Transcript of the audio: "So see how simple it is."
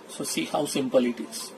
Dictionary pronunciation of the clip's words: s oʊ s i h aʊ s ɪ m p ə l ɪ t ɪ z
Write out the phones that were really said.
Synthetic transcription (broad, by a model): s oʊ s i h aʊ s ɪ m p ə l ɪ t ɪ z